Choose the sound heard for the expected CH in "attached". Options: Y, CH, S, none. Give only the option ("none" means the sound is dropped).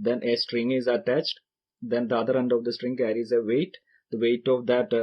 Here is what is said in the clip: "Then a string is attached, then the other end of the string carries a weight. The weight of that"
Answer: CH